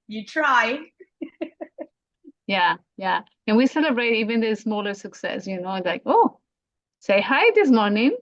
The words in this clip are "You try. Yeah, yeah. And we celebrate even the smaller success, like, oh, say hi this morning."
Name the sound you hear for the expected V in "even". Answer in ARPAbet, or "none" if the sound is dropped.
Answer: V